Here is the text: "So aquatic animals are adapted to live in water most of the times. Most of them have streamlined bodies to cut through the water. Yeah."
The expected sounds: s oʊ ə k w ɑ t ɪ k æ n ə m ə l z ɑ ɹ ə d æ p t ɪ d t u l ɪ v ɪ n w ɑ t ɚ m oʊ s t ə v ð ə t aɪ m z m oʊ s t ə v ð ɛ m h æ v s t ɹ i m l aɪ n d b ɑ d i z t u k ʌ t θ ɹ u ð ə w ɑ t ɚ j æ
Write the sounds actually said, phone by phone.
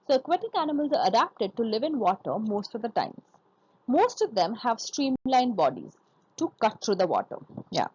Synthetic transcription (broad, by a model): s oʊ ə k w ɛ t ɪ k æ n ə m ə l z ɑ ɹ ə d æ p t ɪ d t u l ɪ v ɪ n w ɑ t ɚ m oʊ s t ə v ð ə t aɪ m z m oʊ s t ə v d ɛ m h æ v s t ɹ i m l aɪ n b ɑ d i z t u k ʌ t t ɹ u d ə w ɑ t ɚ j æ